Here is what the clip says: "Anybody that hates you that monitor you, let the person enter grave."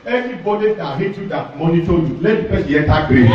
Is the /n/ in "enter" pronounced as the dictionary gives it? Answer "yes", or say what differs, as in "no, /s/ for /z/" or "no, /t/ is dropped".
no, /n/ is dropped